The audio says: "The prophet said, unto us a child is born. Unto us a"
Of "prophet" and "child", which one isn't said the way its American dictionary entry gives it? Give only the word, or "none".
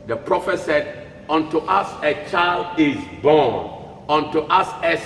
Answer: none